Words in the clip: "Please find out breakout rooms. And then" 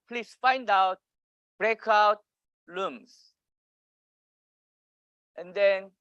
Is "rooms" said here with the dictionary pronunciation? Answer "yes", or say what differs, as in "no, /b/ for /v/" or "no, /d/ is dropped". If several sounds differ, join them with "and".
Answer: no, /l/ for /ɹ/